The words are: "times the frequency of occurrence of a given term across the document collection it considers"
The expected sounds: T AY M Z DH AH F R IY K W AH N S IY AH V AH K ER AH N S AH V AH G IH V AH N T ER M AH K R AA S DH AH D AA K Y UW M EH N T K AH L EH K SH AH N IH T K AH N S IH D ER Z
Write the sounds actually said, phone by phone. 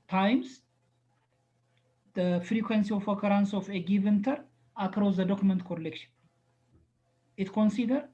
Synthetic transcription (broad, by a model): T AY M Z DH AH F R IY K W AH N S IY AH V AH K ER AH N S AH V AH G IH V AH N T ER AH K R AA S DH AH D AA K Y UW M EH N T K AH L EH K SH AH N IH T K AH N S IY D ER